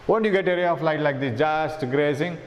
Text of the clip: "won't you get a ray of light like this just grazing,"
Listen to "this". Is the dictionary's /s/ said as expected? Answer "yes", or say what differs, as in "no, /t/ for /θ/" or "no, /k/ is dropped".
no, /s/ is dropped